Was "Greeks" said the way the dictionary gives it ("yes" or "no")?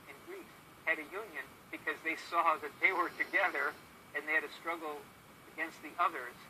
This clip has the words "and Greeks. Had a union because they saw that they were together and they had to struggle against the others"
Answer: no